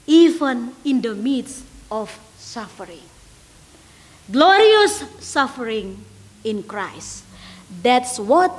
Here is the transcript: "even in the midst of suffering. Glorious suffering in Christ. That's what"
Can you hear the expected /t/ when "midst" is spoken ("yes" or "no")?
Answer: no